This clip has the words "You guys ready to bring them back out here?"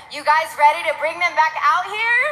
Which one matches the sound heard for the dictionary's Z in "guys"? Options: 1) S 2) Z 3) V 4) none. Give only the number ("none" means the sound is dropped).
2